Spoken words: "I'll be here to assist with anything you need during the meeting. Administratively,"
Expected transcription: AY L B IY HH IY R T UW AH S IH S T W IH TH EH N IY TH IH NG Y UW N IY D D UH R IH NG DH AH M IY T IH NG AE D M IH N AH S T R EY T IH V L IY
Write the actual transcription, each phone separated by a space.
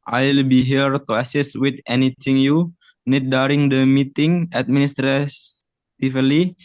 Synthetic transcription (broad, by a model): AY L B IY HH IY R T UW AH S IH S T W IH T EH N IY T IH NG Y UW N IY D D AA R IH NG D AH M IY T IH NG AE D M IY N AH S T R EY T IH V L IY